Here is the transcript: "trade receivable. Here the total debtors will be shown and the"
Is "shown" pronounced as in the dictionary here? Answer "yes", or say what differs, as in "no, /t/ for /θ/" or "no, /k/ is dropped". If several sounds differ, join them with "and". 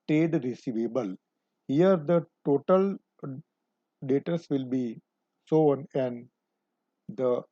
no, /s/ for /ʃ/